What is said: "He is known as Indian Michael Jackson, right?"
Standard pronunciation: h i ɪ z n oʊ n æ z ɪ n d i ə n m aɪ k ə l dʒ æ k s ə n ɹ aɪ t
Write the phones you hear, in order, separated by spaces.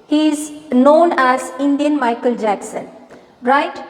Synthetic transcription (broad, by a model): h i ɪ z n oʊ n æ z ɪ n d i ə n m aɪ k ə l dʒ æ k s ə n ɹ aɪ t